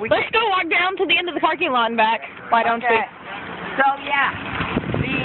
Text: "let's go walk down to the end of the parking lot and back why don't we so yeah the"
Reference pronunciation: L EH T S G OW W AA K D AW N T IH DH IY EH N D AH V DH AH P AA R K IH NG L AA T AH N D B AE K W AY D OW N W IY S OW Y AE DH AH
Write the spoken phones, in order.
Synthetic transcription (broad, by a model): L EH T S G OW W AA K D AW N T IH DH IY EH N D AH V DH AH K AA R K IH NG L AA AH N B AE K W AY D OW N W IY S OW Y AE